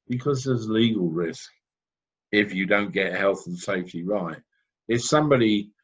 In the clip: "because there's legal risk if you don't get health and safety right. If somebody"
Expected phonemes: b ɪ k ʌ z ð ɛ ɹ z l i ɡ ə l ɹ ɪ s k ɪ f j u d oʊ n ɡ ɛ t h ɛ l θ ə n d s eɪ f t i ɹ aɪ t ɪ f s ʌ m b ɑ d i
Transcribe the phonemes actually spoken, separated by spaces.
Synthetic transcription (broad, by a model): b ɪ k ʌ z ð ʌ z l i ɡ ə l ɹ ɪ s k ɪ f j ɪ d oʊ n ɡ ɛ t h ɛ l θ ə n s eɪ f t i ɹ aɪ t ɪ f s ʌ m b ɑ d i